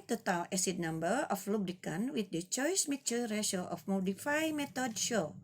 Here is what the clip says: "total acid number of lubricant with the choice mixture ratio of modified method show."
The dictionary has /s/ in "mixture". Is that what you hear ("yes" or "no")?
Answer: no